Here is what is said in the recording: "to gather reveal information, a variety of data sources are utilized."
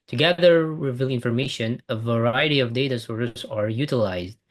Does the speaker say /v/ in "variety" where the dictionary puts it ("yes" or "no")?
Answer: yes